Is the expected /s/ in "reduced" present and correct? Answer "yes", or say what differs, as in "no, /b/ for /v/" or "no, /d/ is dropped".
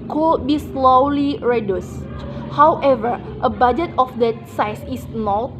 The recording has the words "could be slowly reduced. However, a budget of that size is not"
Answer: yes